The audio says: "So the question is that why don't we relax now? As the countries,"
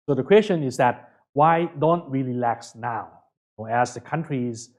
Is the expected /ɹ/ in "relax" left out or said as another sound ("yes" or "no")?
yes